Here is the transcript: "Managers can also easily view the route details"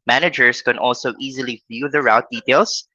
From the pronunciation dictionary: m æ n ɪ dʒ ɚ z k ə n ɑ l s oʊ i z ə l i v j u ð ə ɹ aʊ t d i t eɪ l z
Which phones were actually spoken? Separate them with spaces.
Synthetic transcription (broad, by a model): m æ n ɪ dʒ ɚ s k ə n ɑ l s oʊ i z ə l i f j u ð ə ɹ aʊ t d i t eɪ l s